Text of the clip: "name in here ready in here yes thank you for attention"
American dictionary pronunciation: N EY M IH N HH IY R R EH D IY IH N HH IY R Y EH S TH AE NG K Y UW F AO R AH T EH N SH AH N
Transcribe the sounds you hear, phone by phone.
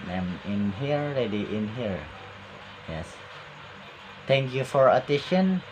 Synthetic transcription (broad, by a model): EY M IH N HH IY R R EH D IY IH N HH IY R Y EH S T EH NG K Y UW F AO R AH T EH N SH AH N